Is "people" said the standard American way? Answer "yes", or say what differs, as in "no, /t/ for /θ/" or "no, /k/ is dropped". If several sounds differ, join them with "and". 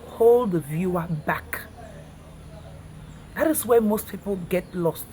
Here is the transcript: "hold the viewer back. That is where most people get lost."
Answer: yes